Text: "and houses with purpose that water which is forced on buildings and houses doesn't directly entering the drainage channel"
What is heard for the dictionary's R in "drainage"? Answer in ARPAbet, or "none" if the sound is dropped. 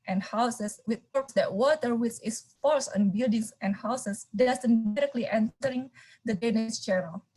none